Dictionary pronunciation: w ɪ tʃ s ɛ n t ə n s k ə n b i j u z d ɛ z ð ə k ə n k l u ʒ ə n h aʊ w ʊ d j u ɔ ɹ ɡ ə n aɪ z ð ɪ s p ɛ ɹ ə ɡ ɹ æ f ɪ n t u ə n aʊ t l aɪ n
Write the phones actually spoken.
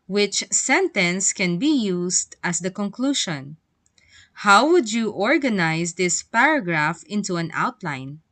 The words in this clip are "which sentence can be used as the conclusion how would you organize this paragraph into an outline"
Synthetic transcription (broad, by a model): w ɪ tʃ s ɛ n t ə n s k ə n b i j u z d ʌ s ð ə k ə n k l u ʃ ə n h aʊ w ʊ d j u ɔ ɹ ɡ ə n aɪ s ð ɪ s p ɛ ɹ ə ɡ ɹ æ f ɪ n t u ə n aʊ t l aɪ n